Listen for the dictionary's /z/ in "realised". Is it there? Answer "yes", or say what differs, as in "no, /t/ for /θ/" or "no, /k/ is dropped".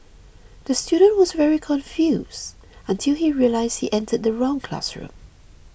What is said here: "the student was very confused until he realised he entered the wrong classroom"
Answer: yes